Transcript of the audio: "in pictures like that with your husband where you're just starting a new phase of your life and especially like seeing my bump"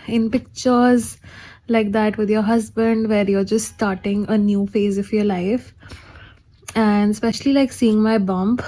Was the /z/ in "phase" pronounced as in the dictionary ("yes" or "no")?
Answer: yes